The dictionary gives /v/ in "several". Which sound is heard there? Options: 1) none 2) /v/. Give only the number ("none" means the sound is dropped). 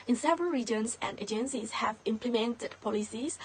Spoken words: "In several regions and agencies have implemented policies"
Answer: 2